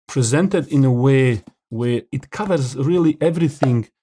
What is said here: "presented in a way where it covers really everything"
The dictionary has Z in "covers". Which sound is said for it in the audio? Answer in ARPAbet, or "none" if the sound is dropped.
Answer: Z